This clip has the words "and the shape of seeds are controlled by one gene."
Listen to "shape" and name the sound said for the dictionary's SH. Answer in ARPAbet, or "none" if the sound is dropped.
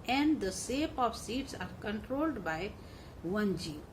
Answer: S